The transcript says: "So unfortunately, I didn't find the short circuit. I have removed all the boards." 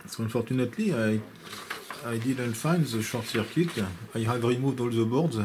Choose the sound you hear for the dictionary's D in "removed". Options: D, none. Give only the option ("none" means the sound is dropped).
D